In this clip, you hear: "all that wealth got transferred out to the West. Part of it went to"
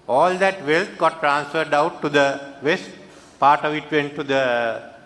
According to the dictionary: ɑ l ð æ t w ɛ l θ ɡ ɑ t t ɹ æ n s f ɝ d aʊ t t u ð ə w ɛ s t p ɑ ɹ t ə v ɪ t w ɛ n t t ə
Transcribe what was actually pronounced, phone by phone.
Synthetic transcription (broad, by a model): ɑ l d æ t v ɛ l t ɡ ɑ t t ɹ æ n s f ɝ d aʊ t t u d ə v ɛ s t p ɑ ɹ t ə v ɪ t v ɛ n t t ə